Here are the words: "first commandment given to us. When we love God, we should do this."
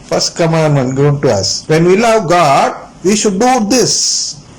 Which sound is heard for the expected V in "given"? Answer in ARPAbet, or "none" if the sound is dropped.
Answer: none